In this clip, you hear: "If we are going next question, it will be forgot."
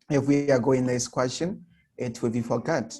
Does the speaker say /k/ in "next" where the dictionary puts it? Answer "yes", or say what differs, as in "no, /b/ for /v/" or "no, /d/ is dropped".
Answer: no, /k/ is dropped